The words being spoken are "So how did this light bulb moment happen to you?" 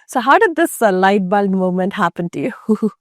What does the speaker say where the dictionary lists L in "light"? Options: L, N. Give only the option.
L